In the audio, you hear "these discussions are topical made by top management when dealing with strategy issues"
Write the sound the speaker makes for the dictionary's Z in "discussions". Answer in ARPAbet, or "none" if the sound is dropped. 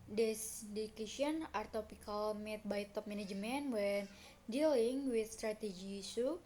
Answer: none